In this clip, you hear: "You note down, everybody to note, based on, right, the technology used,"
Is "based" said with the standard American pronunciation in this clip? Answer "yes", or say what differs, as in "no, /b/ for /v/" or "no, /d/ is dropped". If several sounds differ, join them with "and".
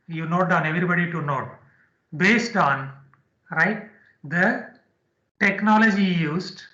yes